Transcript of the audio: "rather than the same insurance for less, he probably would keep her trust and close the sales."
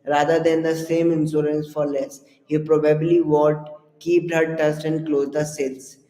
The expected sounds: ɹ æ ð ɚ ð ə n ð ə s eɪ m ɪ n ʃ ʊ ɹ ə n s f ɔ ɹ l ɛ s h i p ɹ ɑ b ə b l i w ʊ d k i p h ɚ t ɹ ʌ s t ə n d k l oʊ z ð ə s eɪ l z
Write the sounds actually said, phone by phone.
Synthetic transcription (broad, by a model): ɹ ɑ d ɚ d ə n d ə s eɪ m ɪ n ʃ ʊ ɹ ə n s f ɔ ɹ l ɛ s h i p ɹ ɑ b ə b l i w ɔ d k i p h ɚ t ʌ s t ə n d k l oʊ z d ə s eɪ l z